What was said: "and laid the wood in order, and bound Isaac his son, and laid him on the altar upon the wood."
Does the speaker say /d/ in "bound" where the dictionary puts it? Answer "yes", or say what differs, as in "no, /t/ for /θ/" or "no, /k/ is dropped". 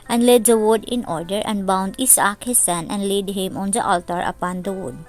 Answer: yes